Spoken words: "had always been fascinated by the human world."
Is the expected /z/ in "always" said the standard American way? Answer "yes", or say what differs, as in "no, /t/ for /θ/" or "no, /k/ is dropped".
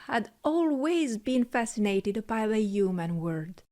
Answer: yes